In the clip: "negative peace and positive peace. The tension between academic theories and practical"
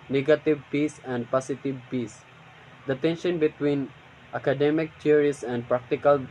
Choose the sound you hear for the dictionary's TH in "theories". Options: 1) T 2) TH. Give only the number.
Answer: 1